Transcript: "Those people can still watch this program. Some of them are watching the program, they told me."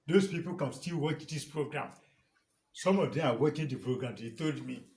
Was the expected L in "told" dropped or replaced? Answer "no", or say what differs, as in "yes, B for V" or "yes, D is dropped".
no